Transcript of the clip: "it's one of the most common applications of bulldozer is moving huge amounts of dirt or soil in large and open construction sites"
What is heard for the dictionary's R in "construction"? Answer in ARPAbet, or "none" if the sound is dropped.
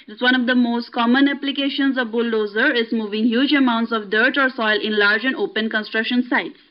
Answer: R